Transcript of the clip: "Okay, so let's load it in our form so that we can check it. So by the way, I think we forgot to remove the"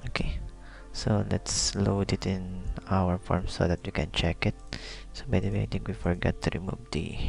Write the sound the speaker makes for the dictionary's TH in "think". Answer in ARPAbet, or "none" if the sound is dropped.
T